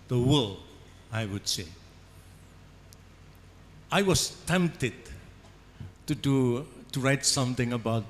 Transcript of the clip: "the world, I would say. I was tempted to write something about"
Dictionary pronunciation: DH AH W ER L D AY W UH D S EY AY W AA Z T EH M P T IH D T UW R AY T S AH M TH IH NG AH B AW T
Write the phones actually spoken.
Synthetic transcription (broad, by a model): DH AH W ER L AY W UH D S EY AY W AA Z T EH M P T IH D T UW R AY T S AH M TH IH NG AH B AW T